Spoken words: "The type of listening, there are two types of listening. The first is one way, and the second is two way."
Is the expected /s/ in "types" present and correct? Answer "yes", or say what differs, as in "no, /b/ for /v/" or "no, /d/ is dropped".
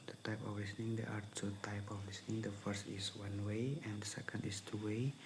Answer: no, /s/ is dropped